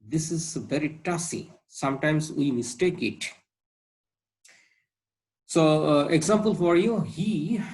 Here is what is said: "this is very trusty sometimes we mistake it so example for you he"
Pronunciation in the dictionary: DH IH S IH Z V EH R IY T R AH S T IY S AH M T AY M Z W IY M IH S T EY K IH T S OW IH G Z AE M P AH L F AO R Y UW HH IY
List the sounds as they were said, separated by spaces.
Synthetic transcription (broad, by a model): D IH S IH Z V EH R IY T AH S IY S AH M T AY M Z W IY M IH S T EY K IH T S OW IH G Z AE M P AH L F AO R Y UW HH IY